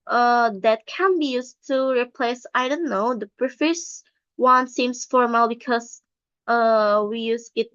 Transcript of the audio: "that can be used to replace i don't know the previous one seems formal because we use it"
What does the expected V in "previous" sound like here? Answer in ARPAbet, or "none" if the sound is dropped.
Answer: F